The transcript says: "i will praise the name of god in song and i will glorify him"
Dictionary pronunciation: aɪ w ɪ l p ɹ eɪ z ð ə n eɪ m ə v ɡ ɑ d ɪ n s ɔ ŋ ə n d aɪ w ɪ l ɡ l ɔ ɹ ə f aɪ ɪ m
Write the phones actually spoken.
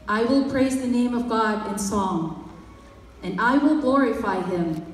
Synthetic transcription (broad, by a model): aɪ w ɪ l p ɹ eɪ z ð ə n eɪ m ə v ɡ ɑ d ɪ n s ɔ ŋ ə n aɪ w ɪ l ɡ l ɔ ɹ ə f aɪ ɪ m